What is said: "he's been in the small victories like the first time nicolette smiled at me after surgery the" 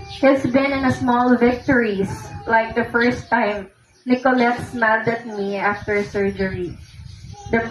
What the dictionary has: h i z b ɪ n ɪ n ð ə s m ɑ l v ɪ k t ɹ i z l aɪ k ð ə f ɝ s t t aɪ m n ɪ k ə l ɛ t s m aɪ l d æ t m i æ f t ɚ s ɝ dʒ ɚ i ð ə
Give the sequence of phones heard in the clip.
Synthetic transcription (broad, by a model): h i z b ɪ n ɪ n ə s m ɑ l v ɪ k t ɹ i s l aɪ k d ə f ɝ s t t aɪ m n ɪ k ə l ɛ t s m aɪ d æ t m i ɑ f t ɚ s ɝ dʒ ɚ i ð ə